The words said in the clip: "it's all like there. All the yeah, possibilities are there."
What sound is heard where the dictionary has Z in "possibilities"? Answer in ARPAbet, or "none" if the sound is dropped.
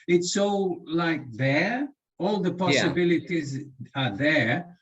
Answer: Z